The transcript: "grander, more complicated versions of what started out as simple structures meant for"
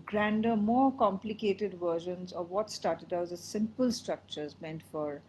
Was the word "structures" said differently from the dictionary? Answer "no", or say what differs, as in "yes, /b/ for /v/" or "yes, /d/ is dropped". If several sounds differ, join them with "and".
no